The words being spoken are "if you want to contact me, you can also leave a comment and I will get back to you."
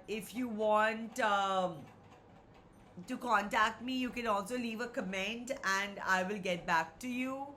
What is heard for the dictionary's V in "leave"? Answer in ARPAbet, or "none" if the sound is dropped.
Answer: V